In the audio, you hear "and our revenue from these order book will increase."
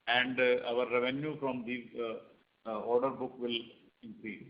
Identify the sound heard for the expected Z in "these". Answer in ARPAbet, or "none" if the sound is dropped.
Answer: none